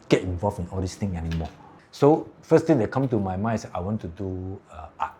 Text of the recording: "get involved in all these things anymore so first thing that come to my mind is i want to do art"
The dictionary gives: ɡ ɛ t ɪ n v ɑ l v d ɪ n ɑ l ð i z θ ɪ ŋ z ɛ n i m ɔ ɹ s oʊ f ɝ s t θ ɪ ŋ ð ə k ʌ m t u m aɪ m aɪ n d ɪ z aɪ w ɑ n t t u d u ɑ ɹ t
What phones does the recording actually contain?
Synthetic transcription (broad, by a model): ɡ ɛ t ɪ n v ɑ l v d ɪ n ɑ l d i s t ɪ ŋ ɛ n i m ɔ s oʊ f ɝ s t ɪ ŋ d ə k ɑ m t u m aɪ m aɪ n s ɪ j w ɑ n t t u d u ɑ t